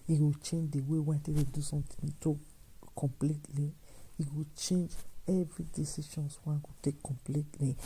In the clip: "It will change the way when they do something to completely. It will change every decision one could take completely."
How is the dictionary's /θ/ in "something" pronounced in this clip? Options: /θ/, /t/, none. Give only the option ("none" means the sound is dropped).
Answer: /t/